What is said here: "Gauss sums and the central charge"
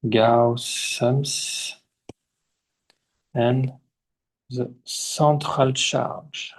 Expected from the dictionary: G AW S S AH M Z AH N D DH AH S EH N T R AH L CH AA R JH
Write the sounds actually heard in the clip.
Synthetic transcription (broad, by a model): G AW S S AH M S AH N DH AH S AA T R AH L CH AA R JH